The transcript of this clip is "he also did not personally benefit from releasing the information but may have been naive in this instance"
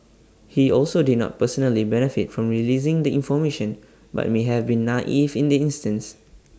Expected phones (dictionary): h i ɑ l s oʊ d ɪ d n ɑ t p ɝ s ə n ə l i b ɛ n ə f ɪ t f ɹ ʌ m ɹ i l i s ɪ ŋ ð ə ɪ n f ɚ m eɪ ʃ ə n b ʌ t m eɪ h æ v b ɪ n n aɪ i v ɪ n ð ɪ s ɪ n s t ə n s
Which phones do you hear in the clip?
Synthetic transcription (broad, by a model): h i ɑ l s oʊ d ɪ d n ɑ t p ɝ s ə n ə l i b ɛ n ə f ɪ t f ɹ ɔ m ɹ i l i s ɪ ŋ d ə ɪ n f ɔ m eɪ ʃ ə n b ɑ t m eɪ h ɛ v b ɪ n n i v ɪ n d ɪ ɪ n s t ə n s